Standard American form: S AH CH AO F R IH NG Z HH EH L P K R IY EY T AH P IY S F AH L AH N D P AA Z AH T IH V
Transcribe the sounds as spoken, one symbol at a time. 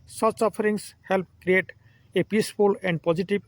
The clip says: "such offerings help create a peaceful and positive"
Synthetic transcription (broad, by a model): S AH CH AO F R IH NG S HH EH L P K R IY EY T AH P IY S F AH L AH N D P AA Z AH T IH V